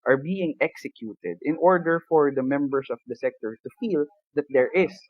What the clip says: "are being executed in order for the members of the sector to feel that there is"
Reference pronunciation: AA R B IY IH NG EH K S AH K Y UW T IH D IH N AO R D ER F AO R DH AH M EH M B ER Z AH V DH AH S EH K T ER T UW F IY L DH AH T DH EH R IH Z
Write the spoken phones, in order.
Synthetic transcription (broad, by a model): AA R B IY IH NG EH K S AH K Y UW T IH D IH N AO R D ER F AO R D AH M EH M B ER S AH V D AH S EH K T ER T UW F IY L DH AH T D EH R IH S